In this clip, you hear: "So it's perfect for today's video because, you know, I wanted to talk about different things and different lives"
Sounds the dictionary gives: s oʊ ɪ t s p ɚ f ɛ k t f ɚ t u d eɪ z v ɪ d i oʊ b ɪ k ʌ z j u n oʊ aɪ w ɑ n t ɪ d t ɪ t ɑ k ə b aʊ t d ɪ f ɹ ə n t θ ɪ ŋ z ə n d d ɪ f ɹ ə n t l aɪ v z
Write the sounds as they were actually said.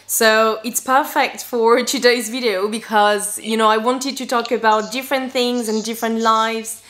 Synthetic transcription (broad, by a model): s oʊ ɪ t s p ɚ f ɛ k t f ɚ t u d eɪ z v ɪ d i oʊ b ɪ k ʌ z j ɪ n oʊ aɪ w ɑ n t ɪ d t ɪ t ɑ k ə b aʊ t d ɪ f ɹ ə n θ ɪ ŋ z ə n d d ɪ f ɹ ə n t l aɪ v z